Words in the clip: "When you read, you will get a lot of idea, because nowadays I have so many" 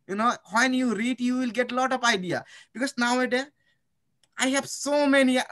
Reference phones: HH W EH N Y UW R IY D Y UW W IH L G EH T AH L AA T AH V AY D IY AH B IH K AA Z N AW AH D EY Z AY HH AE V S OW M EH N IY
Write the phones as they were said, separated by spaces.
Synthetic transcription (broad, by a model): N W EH N Y UW R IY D Y UW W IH L G EH T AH L AA T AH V AY D IY AH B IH K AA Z N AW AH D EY AY HH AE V S OW M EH N IY